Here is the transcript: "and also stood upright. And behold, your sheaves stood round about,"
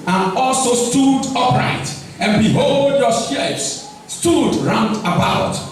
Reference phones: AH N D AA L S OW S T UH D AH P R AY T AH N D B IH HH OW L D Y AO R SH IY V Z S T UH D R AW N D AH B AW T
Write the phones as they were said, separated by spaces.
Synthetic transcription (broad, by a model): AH N AA L S OW S T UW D AH P R AY T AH N B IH HH OW L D Y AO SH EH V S S T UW D R AW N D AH B AW T